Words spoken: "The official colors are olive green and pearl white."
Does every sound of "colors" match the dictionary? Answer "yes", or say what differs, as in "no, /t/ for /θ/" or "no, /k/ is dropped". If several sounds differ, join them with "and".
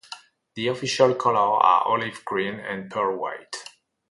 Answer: no, /z/ is dropped